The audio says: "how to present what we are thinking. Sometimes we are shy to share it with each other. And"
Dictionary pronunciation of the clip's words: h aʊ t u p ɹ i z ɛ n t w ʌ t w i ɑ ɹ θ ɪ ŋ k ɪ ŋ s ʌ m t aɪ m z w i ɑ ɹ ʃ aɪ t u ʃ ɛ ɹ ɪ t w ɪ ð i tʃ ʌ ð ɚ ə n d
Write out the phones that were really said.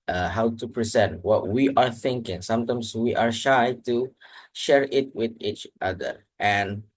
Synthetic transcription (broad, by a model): h aʊ t u p ɹ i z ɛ n t w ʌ t w i ɑ ɹ θ ɪ ŋ k ɪ ŋ s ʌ m t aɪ m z w i ɑ ɹ ʃ aɪ t u ʃ ɛ ɹ ɪ t w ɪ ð i tʃ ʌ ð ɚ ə n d